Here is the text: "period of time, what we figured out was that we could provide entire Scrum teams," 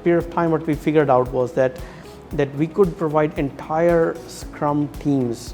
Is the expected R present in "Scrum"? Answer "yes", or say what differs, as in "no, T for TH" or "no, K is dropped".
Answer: yes